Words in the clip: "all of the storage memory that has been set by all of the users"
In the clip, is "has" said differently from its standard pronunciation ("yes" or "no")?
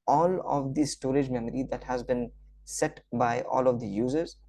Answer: no